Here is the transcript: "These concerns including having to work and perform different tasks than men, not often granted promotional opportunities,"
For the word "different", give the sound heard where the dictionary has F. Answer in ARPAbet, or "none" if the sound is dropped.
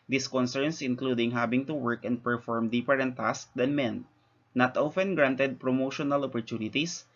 P